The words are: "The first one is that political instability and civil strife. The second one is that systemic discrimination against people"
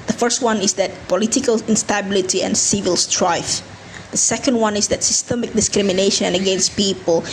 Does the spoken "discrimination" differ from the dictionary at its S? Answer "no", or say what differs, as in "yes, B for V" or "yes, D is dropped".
no